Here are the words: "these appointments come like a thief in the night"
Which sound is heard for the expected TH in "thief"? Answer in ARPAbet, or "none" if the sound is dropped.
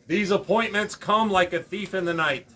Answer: TH